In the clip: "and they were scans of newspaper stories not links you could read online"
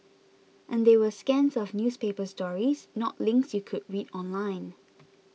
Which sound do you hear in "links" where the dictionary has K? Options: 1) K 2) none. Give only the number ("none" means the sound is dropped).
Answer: 1